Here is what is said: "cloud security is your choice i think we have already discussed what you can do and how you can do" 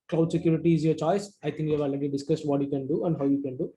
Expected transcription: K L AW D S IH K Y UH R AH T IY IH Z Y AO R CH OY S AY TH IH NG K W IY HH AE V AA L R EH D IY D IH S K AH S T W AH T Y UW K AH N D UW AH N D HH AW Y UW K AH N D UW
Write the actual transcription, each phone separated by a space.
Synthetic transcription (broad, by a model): K L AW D S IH K Y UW R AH T IY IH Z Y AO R CH OY S AY T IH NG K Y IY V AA L AA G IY D IH S K AH S T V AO T Y UW K AH N D UW AH N D HH AW Y UW K AH N D UW